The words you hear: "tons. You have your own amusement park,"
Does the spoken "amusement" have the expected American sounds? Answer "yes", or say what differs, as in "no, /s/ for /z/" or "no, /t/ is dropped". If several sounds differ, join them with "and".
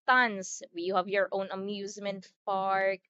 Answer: yes